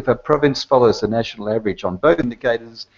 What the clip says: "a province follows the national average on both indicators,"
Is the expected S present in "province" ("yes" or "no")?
yes